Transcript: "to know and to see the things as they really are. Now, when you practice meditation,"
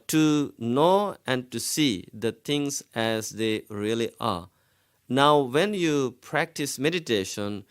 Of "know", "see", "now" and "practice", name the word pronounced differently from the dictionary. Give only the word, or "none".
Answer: none